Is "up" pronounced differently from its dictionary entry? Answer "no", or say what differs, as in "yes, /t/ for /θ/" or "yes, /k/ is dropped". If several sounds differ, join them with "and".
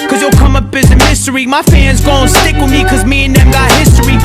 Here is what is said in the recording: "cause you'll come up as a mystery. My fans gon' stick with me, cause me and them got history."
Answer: yes, /b/ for /p/